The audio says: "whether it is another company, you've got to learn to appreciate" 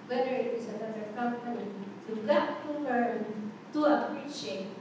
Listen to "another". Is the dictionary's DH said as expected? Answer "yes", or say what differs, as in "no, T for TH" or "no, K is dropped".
no, DH is dropped